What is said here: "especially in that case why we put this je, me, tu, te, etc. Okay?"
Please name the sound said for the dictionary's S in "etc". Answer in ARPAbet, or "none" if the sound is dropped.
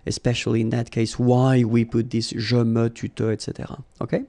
S